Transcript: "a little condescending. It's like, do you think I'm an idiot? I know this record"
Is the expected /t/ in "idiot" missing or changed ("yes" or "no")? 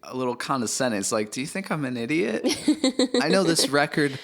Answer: no